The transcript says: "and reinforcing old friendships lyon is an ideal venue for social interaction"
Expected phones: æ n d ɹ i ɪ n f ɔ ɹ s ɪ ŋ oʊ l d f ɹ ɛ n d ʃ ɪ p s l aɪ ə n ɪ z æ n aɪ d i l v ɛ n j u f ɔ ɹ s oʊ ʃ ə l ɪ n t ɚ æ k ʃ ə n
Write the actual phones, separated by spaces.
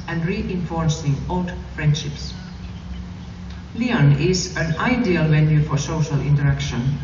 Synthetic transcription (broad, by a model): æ n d ɹ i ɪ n f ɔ ɹ s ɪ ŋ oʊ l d f ɹ ɛ n d ʃ ɪ p s l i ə n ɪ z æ n aɪ d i l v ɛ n j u f ɔ ɹ s oʊ ʃ ə l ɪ n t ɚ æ k ʃ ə n